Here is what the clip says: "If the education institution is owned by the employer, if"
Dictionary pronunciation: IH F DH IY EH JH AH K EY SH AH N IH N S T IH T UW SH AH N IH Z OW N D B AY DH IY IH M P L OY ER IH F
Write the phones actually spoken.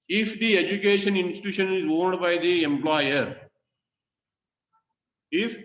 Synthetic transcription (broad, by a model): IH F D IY EH JH AH K EY SH AH N IH N S T IH T UW SH AH N IH Z OW N D B AY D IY IH M P L OY ER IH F